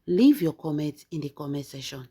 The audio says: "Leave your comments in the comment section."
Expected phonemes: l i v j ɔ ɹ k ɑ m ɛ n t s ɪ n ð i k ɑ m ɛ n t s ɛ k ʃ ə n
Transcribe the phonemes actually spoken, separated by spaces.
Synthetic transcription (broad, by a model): l i v j ɔ k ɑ m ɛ n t ɪ n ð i k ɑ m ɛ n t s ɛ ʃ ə n